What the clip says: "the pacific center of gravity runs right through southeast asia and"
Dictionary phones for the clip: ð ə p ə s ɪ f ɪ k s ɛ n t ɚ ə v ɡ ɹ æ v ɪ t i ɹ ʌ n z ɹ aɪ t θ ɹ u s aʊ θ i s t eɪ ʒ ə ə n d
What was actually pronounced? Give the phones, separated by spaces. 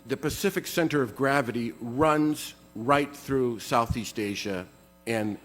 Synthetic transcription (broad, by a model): ð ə p ə s ɪ f ɪ k s ɛ n t ɚ ə v ɡ ɹ æ v ɪ t i ɹ ʌ n z ɹ aɪ t θ ɹ u s aʊ θ i s t eɪ ʒ ə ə n